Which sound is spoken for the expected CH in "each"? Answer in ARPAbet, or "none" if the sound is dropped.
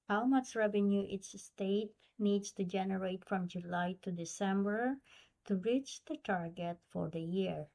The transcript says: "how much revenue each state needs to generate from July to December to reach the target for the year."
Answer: S